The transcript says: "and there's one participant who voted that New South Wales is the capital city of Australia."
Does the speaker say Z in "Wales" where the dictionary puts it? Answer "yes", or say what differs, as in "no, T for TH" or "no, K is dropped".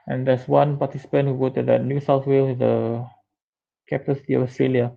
no, Z is dropped